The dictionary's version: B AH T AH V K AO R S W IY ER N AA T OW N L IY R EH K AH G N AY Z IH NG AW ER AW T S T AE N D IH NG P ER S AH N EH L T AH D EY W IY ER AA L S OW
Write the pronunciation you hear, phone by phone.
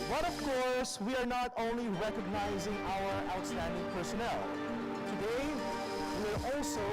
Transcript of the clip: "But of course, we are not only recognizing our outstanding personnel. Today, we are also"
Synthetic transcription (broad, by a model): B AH T AH V K AO R S W IY ER N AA T OW N L IY R EH K AH G N AY Z IH NG AW ER AW T S T AE N D IH NG P ER S AH N EH L T AH D EY W IY ER AA L S OW